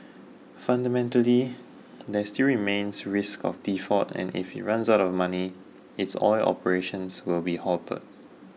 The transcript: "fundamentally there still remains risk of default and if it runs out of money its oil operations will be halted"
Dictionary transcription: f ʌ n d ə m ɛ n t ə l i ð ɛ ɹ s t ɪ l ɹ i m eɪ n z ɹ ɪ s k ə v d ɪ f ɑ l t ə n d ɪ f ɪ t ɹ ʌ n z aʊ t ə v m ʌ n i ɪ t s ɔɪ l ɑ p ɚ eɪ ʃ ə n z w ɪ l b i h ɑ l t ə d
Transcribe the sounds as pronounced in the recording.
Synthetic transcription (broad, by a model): f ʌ n d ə m ɛ n t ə l i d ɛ s t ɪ l ɹ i m eɪ n s ɹ ɪ s k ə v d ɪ f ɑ t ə n ɪ f ɪ t ɹ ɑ n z aʊ t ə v m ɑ n i ɪ t s ɔɪ l ɑ p ɚ eɪ ʃ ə n s w ɪ l b i h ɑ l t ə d